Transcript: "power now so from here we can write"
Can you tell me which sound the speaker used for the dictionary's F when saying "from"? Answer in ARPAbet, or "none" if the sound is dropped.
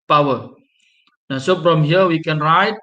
P